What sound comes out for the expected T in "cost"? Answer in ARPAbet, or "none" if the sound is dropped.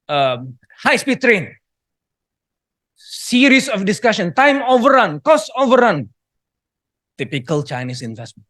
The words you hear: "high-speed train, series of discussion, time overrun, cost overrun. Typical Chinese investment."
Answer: none